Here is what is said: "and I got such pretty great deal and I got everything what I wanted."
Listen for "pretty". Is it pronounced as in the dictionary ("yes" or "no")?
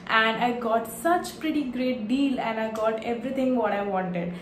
yes